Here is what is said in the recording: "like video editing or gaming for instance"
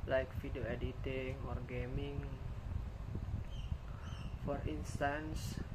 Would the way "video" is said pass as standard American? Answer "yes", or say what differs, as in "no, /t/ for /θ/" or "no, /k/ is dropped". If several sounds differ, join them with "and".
no, /f/ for /v/